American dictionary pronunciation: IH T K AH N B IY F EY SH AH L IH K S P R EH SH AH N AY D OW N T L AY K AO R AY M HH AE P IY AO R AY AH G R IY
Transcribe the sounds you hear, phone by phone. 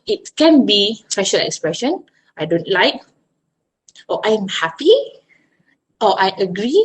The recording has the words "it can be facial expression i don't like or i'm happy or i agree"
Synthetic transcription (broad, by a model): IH T K AH N B IY P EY SH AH L IH K S P R EH SH AH N AY D OW N T L AY K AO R AY M HH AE P IY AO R AY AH G R IY